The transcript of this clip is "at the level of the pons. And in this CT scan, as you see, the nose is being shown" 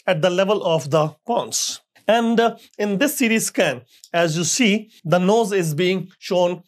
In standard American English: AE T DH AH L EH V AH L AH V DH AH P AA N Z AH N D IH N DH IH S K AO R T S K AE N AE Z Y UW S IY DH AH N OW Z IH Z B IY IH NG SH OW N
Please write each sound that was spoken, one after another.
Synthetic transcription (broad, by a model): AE T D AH L EH V AH L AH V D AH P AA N S AH N D IH N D IH S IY R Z S K AE N AE Z Y UW S IY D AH N OW Z IH Z B IY IH NG SH OW N